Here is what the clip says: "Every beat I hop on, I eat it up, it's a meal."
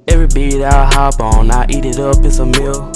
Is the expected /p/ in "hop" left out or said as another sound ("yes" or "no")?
yes